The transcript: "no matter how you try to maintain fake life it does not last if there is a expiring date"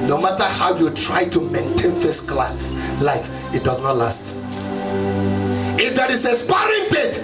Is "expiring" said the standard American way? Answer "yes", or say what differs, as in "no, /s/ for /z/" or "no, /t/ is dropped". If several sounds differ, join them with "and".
no, /k/ is dropped